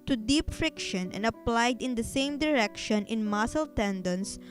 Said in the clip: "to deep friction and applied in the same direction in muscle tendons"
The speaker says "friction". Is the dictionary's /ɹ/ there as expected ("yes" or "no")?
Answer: yes